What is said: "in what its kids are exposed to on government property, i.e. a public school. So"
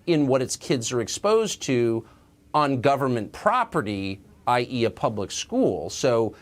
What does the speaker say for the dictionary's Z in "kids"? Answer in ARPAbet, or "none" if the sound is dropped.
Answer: Z